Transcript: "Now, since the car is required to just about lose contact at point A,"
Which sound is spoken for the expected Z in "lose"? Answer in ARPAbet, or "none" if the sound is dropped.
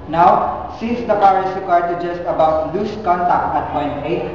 S